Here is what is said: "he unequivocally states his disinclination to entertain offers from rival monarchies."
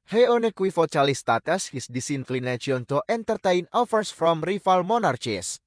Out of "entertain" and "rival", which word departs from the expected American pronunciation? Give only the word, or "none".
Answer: rival